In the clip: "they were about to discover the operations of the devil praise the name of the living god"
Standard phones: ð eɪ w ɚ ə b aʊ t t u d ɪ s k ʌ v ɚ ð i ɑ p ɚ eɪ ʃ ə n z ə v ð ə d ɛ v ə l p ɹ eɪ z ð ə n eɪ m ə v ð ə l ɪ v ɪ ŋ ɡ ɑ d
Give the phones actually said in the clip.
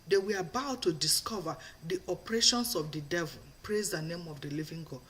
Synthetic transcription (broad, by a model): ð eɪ w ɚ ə b aʊ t t u d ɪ s k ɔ v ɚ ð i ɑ p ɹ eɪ ʃ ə n s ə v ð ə d ɛ v ə l p ɹ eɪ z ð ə n eɪ m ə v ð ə l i v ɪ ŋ ɡ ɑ